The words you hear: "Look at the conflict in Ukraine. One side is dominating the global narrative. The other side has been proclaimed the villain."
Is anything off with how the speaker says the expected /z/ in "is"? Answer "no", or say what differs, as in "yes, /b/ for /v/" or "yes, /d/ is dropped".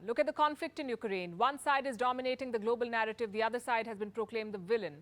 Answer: no